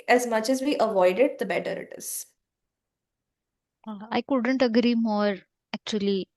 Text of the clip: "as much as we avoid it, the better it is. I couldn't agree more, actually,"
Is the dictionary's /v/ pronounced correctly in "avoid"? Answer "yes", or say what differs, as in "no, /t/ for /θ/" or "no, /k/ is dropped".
yes